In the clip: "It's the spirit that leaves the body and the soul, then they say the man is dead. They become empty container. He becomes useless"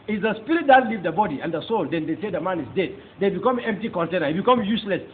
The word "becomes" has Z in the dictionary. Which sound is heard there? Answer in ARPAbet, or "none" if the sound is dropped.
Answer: none